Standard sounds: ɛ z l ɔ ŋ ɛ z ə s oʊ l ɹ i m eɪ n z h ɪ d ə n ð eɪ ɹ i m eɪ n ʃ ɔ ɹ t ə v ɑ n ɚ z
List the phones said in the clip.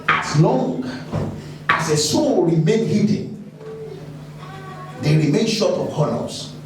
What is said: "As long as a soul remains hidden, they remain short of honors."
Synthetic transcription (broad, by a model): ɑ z l ɔ ŋ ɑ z ə s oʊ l ɹ i m eɪ n h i d n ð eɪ ɹ i m eɪ n ʃ ɔ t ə p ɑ n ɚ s